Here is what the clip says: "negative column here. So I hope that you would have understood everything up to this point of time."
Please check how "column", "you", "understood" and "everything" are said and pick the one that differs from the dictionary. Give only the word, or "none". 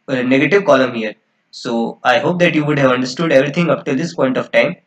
everything